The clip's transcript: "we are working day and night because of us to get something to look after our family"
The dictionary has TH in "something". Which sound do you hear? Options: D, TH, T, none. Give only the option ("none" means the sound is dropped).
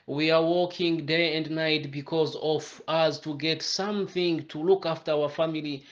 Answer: TH